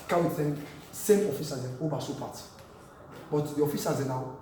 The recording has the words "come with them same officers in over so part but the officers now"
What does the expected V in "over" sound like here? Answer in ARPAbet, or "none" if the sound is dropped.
B